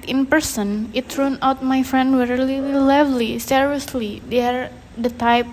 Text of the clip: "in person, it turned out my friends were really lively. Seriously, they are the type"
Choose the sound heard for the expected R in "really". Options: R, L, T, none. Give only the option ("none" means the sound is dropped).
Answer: L